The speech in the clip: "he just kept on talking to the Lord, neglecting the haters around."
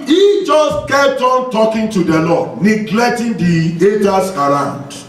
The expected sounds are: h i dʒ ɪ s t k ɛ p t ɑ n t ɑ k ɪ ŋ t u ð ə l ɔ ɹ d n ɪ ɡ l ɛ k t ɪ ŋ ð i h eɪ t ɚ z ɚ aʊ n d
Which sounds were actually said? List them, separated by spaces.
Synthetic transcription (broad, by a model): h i dʒ ɪ s t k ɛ t ɑ n t ɑ k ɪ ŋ t u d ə l ɔ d n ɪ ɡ l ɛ k t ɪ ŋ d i eɪ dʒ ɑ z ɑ aʊ n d